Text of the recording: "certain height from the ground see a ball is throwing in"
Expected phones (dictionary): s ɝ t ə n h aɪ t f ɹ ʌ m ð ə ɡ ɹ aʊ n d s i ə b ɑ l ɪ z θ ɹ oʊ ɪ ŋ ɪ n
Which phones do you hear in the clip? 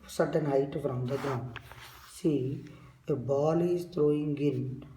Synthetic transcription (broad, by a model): s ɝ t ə n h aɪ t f ɹ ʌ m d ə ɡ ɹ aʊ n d s i ə b ɑ l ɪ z t ɹ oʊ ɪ ŋ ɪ n